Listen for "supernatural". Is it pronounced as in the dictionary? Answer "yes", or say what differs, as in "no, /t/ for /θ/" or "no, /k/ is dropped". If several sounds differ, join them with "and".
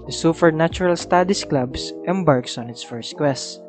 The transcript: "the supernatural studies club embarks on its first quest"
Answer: no, /f/ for /p/